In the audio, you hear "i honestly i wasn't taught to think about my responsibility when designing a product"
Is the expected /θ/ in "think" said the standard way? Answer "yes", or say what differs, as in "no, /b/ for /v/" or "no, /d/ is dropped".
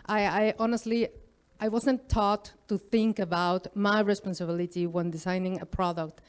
yes